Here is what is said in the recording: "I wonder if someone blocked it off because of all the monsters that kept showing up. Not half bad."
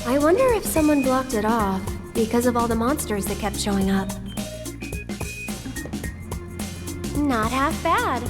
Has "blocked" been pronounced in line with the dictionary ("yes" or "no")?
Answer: yes